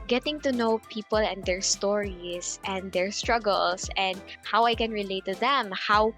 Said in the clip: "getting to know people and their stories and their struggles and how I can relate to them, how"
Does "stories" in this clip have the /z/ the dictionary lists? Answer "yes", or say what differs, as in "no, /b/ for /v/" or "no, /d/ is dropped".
no, /s/ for /z/